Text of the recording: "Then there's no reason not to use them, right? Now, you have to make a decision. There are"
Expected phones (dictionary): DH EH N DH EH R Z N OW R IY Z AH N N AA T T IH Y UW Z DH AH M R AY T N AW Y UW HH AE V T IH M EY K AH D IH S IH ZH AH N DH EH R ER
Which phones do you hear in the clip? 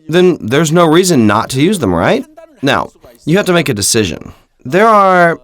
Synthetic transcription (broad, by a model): DH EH N DH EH R Z N OW R IY Z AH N N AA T T IH Y UW Z DH AH M R AY T N AW Y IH HH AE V T IH M EY K AH D IH S IH ZH AH N DH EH R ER